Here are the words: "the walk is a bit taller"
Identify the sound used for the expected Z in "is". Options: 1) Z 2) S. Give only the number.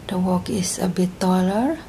2